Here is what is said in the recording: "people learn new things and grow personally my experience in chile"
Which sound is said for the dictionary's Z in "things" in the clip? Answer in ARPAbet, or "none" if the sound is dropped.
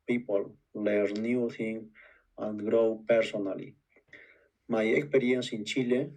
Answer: none